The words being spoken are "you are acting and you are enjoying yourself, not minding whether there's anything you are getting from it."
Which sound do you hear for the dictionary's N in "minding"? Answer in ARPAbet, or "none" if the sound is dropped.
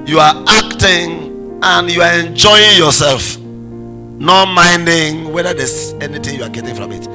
N